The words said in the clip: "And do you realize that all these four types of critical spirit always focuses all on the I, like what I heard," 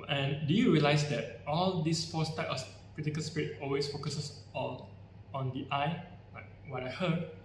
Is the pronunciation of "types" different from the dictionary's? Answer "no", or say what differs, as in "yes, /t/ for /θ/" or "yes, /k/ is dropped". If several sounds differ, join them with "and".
yes, /s/ is dropped